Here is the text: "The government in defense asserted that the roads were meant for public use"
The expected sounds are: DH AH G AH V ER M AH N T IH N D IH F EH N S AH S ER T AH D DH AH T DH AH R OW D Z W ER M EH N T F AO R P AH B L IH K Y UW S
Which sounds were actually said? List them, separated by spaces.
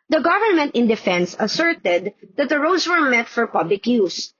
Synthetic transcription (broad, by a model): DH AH G AH V ER M AH N T IH N D IH F EH N S AH S ER T AH D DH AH T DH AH R OW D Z W ER M EH T F AO R P AH B L IH K Y UW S